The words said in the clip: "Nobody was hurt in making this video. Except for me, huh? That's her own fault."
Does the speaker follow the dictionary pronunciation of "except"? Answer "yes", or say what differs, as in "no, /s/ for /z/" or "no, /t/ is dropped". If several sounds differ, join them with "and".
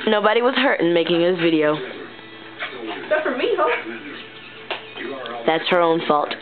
no, /p/ is dropped